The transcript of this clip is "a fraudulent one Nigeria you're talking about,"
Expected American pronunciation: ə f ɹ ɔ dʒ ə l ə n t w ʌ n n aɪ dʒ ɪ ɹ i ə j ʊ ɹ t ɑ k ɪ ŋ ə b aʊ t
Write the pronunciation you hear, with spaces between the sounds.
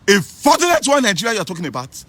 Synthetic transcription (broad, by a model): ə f ɔ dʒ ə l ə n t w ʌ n n aɪ dʒ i ɹ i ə j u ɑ t ɑ k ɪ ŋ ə b aʊ t